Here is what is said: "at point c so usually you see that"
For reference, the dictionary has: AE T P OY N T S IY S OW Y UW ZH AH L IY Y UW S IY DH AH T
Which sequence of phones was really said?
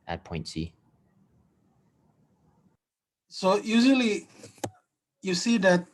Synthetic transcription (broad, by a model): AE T P OY N T S IY S OW Y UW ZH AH L IY Y UW S IY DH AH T